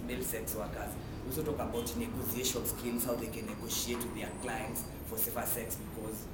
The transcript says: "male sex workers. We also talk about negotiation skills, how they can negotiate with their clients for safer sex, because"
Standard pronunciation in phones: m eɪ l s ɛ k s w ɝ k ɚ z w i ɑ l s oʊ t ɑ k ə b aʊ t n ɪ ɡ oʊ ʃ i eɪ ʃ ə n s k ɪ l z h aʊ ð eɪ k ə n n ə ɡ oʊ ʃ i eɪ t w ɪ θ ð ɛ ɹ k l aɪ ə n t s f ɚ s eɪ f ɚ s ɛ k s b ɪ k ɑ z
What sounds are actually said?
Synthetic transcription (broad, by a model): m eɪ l s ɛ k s w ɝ k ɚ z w ɑ l s oʊ t ɑ k ə b aʊ t n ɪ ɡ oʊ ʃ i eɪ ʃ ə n s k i n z h aʊ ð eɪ k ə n n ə ɡ oʊ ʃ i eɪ t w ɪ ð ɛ k l aɪ ə n t s f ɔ s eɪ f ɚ s ɛ k s b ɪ k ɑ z